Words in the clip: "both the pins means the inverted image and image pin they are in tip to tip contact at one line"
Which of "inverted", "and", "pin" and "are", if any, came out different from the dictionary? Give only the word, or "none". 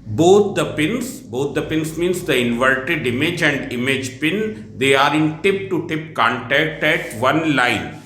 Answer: none